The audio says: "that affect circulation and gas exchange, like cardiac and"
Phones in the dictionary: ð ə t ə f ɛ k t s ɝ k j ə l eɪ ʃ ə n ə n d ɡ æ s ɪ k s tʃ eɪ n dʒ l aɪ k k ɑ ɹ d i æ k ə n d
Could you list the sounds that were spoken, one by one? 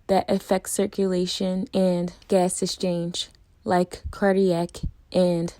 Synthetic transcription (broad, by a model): ð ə t ə f ɛ k t s ɝ k j ə l eɪ ʃ ə n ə n ɡ æ s ɪ k s tʃ eɪ n dʒ l aɪ k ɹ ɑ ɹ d i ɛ k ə n